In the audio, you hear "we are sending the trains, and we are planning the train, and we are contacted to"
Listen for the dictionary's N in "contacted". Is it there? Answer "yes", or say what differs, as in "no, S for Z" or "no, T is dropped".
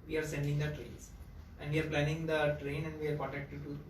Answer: no, N is dropped